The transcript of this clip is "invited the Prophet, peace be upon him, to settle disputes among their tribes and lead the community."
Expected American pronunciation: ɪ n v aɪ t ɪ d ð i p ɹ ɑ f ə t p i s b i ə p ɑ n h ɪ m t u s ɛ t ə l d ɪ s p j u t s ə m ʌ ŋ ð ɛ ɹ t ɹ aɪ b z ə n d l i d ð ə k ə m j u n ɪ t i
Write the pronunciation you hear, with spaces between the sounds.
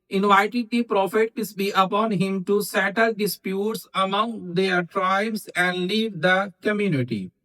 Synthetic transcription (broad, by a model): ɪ n v aɪ t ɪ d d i p ɹ ɑ f ə t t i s b i ə p ɑ n h ɪ m t u s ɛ t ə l d ɪ s p j u t s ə m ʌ ŋ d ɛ ɹ t ɹ aɪ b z ə n d l i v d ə k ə m j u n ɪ t i